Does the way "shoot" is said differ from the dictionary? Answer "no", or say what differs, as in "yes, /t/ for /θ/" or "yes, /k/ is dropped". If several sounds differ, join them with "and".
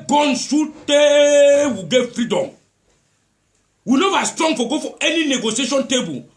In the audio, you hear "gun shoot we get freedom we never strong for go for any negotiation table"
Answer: yes, /s/ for /ʃ/